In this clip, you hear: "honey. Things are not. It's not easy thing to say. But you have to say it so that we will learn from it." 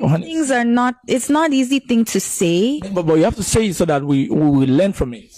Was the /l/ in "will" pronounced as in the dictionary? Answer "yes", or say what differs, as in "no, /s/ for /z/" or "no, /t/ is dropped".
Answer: no, /w/ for /l/